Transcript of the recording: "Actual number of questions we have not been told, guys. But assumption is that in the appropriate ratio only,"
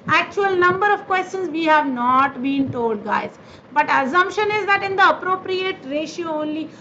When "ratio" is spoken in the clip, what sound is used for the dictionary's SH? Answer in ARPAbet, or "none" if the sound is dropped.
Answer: SH